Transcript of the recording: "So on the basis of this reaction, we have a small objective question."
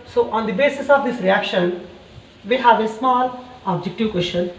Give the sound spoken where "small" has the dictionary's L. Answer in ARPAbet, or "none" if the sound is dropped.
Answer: L